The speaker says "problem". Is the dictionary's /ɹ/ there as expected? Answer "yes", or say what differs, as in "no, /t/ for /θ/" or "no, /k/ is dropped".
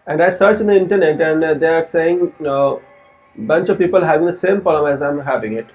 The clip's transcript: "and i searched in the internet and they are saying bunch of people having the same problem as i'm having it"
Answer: no, /ɹ/ is dropped